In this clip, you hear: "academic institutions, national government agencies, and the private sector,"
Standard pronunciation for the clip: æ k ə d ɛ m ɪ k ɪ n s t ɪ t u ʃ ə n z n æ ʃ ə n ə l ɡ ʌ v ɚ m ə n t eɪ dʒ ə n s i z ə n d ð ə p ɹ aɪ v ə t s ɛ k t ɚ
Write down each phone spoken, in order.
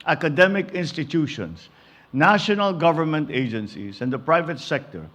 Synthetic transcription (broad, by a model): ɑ k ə d ɛ m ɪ k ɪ n s t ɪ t u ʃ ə n s n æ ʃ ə n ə l ɡ ʌ v ɚ m ə n t eɪ dʒ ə n s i s ə n d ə p ɹ aɪ v ə t s ɛ k t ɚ